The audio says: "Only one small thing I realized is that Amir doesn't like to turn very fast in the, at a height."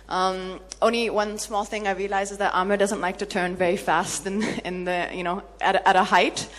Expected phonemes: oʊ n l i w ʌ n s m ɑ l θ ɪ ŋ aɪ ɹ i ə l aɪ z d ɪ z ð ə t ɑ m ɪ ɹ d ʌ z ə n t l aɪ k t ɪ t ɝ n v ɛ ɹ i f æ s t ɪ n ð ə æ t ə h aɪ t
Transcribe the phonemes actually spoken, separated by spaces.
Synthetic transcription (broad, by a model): oʊ n l i w ʌ n s m ɑ l θ ɪ ŋ aɪ ɹ i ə l aɪ z ɪ z ð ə t ɑ m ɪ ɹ d ʌ z ə n t l aɪ k t ɪ t ɝ n v ɛ ɹ i f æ s t ɪ n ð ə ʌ t ə h aɪ t